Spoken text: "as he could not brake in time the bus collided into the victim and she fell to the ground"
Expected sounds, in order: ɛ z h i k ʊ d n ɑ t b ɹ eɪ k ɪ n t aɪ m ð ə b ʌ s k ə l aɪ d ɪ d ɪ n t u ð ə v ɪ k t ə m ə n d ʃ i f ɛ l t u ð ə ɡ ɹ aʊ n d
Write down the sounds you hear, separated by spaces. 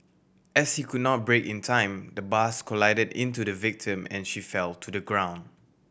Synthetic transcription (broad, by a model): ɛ s h i k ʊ d n ɑ t b ɹ eɪ k ɪ n t aɪ m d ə b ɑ s k ə l aɪ d ɪ d ɪ n t u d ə v ɪ k t ə m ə n ʃ i f ɛ l t u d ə ɡ ɹ aʊ n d